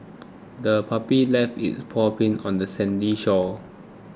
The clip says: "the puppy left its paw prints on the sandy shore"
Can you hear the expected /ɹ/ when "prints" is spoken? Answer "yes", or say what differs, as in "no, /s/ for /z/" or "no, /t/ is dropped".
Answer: no, /ɹ/ is dropped